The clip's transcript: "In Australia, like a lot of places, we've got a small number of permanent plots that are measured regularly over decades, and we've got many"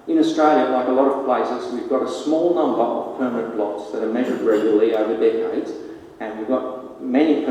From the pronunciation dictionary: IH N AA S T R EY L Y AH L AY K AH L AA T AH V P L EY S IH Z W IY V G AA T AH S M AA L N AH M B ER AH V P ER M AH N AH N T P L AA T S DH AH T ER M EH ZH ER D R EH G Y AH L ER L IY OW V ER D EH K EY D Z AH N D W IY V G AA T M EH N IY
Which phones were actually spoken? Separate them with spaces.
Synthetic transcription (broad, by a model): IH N AA S T R EY L Y AH L AY K AH L AA T AH V P L EY S IH Z W IY V G AA T AH S M AA L N AH M B ER AH V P ER M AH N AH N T B L AA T S DH AH T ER M EH ZH ER D R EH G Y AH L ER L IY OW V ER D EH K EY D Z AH N W IY V G AA T M EH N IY